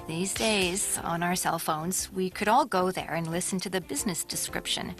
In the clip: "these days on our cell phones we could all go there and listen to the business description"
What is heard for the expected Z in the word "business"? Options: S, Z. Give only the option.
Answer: Z